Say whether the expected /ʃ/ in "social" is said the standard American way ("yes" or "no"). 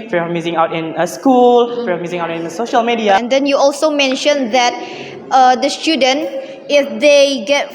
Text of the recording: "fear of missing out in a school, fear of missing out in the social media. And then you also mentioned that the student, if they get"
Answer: yes